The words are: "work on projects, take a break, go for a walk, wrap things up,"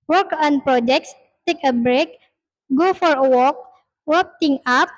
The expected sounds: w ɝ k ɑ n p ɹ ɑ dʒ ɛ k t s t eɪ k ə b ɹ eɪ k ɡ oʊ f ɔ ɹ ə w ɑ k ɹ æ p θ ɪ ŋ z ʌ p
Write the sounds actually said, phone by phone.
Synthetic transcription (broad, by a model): w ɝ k ɑ n p ɹ ɑ dʒ ɛ k t s t eɪ k ə b ɹ eɪ k ɡ oʊ f ɔ ɹ ə w ɑ k w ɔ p t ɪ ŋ ɑ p